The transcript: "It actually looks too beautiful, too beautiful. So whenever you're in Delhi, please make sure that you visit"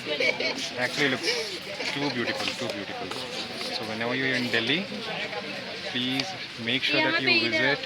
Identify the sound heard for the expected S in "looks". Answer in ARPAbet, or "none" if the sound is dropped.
none